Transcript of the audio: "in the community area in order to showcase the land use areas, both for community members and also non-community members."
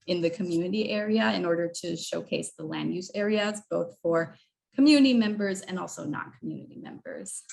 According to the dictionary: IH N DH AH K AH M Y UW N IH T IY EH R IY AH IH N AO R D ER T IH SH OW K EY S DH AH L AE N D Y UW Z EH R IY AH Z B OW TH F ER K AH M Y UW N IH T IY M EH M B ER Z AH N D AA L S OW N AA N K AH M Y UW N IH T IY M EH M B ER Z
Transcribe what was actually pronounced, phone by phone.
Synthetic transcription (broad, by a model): IH N DH AH K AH M Y UW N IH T IY EH R IY AH IH N AO R D ER T IH SH OW K EY S DH AH L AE N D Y UW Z EH R IY AH Z B OW TH F ER K AH M Y UW N IH T IY M EH M B ER Z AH N AA L S OW N AA N K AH M Y UW N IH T IY M EH M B ER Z